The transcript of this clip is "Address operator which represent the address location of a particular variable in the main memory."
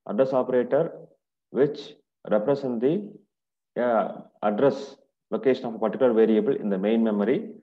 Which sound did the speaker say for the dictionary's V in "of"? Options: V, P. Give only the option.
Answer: P